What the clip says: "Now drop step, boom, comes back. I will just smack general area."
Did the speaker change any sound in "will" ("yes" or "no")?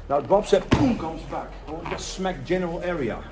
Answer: yes